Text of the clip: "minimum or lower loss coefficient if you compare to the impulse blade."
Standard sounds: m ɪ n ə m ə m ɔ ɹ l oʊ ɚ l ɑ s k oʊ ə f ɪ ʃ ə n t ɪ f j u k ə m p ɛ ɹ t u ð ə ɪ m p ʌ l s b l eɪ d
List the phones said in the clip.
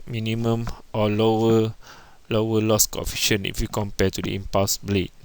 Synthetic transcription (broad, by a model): m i n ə m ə m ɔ w l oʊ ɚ l ɑ s k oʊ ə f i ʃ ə n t ɪ f j u k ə m p ɛ t u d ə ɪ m p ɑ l s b l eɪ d